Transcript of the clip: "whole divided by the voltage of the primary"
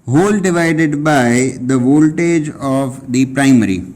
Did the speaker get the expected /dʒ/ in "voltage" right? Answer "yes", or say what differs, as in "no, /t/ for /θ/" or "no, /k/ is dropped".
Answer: yes